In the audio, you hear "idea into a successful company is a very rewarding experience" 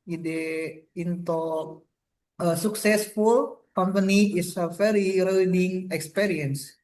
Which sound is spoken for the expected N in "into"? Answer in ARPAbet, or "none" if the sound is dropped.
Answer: N